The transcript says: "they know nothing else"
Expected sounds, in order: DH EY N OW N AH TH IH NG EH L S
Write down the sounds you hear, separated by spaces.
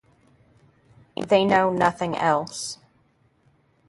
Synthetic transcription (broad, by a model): DH EY N OW N AH TH IH NG EH L S